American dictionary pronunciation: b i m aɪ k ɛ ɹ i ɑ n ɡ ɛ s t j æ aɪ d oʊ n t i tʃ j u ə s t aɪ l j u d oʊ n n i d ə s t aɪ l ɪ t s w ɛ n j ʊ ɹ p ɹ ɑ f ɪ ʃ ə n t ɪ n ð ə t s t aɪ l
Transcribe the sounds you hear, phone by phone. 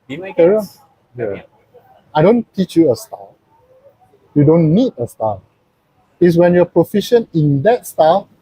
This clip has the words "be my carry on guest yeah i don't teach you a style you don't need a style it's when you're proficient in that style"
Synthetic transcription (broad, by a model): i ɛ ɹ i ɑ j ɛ aɪ d oʊ n t i tʃ j u ə s t aɪ l j u d oʊ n n i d ə s t aɪ l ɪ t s w ɛ n j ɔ p ɹ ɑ f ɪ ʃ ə n ɪ n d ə t s t aɪ l